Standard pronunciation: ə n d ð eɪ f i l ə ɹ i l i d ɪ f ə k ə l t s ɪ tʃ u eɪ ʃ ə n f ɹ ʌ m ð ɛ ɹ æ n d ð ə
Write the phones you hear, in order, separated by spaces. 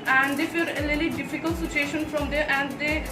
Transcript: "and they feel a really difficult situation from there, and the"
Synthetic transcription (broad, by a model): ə n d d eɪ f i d ə l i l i d ɪ f ə k ə l t s ɪ tʃ u eɪ ʃ ə n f ɹ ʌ m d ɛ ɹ æ n d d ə